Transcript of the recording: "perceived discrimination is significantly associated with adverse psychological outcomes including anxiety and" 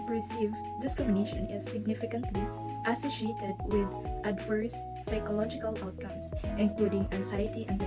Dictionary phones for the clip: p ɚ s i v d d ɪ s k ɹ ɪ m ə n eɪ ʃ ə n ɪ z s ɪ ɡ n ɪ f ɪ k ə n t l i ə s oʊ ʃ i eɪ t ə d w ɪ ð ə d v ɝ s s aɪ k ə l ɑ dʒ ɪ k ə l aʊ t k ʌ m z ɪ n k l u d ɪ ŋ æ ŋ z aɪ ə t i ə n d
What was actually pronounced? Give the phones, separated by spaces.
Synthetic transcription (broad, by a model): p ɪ s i v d d ɪ s k ɹ ɪ m ə n eɪ ʃ ə n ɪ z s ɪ ɡ n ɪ f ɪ k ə n t l i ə s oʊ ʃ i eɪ t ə d w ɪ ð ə d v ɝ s s aɪ k ə l ɑ dʒ ɪ k ə l aʊ t k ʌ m s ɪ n k l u d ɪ ŋ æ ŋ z aɪ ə t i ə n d